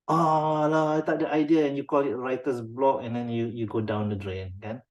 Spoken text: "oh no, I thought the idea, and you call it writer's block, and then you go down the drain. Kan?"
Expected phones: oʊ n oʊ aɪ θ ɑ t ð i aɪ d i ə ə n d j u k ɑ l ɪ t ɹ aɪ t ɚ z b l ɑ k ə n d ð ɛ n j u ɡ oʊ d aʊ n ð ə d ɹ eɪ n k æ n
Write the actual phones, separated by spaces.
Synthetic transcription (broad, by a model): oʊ l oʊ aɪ t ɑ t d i aɪ d i ə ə n j u k ɑ l ɪ t ɹ aɪ t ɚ s b l ɑ k ə n d ɛ n j u ɡ oʊ d aʊ n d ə d ɹ eɪ n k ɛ n